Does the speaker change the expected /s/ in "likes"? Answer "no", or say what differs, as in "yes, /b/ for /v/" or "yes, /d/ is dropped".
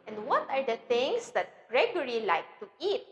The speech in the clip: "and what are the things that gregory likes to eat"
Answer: yes, /s/ is dropped